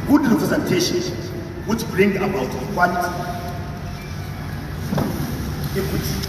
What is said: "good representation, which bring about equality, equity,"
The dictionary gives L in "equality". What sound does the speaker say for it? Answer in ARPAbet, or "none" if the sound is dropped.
N